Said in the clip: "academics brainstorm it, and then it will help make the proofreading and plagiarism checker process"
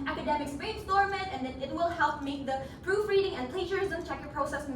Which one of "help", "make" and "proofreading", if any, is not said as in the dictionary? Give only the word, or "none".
none